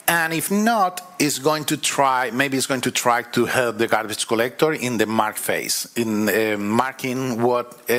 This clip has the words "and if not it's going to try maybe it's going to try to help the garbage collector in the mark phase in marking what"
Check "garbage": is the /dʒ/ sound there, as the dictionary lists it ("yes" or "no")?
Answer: no